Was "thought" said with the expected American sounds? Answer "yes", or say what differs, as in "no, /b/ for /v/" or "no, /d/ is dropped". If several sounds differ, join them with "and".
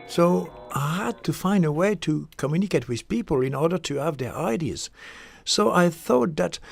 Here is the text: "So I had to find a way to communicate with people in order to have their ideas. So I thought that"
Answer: yes